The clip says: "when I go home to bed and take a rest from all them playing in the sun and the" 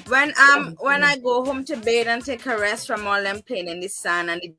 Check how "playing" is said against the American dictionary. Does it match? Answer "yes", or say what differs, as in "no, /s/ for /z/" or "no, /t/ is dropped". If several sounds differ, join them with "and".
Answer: no, /l/ is dropped